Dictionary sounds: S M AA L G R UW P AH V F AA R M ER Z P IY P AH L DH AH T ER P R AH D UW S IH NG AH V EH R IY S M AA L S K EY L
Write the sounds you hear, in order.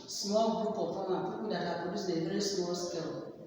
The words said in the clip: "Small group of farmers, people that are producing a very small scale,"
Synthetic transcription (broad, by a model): S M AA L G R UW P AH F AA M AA P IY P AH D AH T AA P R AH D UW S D AH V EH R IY S M AA L S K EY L